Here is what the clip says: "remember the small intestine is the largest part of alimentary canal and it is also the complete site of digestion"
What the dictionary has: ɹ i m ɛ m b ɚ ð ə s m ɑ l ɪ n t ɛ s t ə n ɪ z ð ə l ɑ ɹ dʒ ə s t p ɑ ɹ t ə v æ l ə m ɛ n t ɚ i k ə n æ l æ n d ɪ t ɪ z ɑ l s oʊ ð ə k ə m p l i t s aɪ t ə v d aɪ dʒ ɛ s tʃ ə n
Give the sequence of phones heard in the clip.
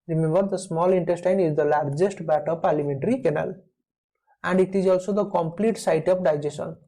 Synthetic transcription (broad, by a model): ɹ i m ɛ m b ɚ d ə s m ɑ l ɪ n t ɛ s t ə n ɪ z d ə l ɑ ɹ dʒ ə s t b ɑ t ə p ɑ l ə m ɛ n t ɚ i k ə n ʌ l æ n d ɪ t ɪ z ɑ l s oʊ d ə k ə m p l i t s aɪ t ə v d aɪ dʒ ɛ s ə n